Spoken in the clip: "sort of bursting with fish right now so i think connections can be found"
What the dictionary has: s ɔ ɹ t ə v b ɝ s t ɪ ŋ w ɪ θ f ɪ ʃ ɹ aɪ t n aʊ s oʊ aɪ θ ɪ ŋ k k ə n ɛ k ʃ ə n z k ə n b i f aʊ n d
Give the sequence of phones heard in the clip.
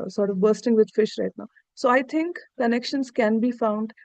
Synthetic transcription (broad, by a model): s ɔ ɹ t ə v b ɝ s t ɪ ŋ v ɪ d f ɪ ʃ ɹ aɪ t n aʊ s oʊ aɪ t ɪ ŋ k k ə n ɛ k ʃ ə n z k ə n b i f aʊ n d